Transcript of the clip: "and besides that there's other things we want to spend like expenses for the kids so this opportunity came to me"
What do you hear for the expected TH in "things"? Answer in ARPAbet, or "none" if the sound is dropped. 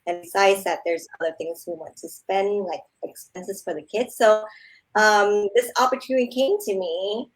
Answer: TH